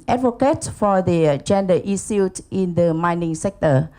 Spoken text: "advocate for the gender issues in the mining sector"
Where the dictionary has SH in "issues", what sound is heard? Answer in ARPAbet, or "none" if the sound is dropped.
S